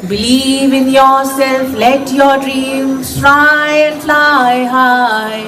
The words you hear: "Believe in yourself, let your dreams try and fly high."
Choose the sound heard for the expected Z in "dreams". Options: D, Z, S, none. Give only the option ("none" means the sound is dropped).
S